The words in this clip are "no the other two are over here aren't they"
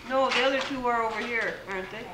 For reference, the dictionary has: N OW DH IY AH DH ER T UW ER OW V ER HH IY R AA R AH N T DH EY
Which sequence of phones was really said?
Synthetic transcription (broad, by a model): N OW DH IY AH DH ER T UW ER OW V ER HH IY R AA R AH N T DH EY